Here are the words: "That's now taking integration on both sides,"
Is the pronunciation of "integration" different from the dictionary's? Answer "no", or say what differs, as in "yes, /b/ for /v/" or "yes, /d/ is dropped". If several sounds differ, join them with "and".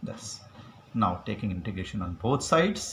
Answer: no